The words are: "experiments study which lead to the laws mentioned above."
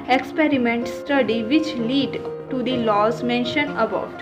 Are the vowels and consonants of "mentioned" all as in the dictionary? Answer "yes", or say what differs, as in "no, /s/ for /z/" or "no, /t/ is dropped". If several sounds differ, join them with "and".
no, /d/ is dropped